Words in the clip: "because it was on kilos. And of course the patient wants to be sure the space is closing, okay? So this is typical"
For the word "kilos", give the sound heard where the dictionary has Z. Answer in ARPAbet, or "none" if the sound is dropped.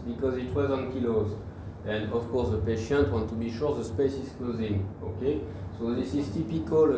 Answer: Z